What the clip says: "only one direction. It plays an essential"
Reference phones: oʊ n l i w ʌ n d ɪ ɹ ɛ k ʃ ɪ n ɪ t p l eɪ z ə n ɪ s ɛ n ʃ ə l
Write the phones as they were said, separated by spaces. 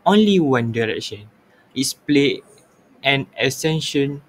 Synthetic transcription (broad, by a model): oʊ n l i w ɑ n d ɪ ɹ ɛ k ʃ ɪ n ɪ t p l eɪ ə n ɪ s ɛ n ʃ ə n